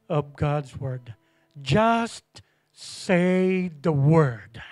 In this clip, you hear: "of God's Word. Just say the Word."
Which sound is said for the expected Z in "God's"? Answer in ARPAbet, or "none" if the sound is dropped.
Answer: Z